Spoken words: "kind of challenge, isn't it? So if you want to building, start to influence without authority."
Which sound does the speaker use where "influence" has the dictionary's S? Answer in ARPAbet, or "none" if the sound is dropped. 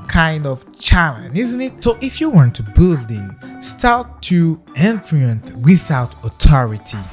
TH